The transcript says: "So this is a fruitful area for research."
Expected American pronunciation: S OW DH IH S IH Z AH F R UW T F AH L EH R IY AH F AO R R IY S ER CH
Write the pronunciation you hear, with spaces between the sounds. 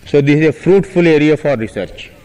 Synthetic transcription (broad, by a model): S OW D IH S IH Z AH F R UW T F AH L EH R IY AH F AO R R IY S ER CH